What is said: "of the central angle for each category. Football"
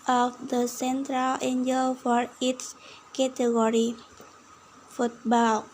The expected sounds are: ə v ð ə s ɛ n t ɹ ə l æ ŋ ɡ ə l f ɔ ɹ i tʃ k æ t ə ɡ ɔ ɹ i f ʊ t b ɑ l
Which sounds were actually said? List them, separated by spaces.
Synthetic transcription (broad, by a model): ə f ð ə s ɛ n t ɹ ə l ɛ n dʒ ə l f ɔ ɹ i s k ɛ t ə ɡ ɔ ɹ i f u t b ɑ l